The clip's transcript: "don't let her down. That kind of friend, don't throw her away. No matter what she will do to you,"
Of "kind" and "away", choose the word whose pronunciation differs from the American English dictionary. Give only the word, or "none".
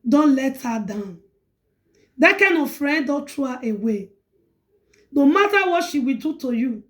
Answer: kind